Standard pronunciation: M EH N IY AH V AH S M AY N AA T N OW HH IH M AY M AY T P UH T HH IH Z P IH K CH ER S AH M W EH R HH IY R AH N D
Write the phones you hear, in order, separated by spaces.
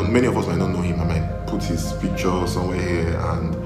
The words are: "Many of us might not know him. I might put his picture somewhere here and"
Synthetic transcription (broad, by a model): M EH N IY AH V AH S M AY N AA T N OW HH IH M AY M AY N P UH T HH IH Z F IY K CH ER S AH M W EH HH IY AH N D